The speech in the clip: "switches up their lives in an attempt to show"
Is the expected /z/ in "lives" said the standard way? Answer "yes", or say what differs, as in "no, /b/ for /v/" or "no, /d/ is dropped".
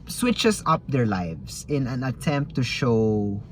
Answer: no, /s/ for /z/